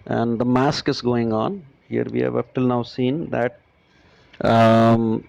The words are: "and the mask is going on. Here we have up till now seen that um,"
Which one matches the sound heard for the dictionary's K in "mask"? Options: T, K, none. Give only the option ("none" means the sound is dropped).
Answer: K